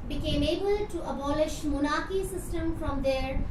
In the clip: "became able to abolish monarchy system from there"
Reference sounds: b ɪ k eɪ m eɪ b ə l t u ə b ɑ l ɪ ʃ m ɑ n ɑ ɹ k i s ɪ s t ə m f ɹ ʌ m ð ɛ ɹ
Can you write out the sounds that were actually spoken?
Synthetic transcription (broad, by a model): b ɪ k eɪ m eɪ b ə l t u ə b ɑ l ɪ ʃ m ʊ n ɑ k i s ɪ s t ə m f ɹ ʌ m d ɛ ɹ